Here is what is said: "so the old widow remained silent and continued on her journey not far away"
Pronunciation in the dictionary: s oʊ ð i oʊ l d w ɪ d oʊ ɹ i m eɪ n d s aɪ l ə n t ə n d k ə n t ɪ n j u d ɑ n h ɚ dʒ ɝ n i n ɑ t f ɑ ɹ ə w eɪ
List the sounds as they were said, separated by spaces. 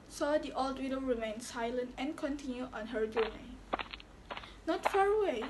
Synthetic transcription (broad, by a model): s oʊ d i oʊ l d w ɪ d oʊ ɹ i m eɪ n s aɪ l ə n t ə n k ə n t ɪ n j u ɑ n h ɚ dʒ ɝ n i n ɑ t f ɑ ɹ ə w eɪ